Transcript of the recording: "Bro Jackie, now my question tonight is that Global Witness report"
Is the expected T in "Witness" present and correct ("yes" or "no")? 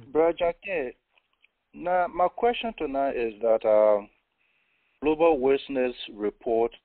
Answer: no